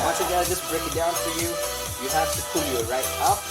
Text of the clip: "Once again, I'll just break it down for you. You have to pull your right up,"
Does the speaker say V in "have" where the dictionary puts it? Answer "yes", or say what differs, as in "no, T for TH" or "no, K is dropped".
no, F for V